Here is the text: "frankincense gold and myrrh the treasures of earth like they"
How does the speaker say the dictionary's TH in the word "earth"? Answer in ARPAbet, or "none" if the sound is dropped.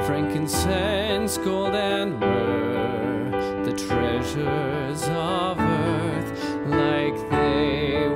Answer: TH